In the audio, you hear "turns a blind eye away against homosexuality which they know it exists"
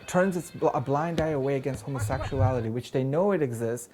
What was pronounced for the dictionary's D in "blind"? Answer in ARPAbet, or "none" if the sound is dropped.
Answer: D